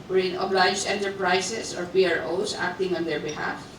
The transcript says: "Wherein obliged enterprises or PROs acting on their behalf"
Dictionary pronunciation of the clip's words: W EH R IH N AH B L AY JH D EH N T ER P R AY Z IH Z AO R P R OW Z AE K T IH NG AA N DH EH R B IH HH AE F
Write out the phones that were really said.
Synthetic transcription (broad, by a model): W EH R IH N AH B L AY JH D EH N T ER P R AY S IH S AO R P R OW S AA K T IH NG AA N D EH R B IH HH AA F